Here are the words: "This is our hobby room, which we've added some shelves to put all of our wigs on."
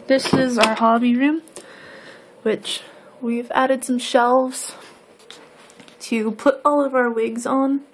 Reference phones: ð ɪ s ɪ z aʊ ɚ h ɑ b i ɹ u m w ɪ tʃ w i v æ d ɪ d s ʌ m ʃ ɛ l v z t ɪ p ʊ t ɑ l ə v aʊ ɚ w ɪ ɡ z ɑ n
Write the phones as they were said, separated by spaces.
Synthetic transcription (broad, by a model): ð ɪ s ɪ z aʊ ɚ h ɑ b i ɹ u m w ɪ tʃ w i v æ d ɪ d s ʌ m ʃ ɛ l v z t ɪ p ʊ t ɑ l ə v aʊ ɚ w ɪ ɡ z n